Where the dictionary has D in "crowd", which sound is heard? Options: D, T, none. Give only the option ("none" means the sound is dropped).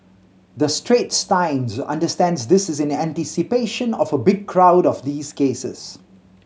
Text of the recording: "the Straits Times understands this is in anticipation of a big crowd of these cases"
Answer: D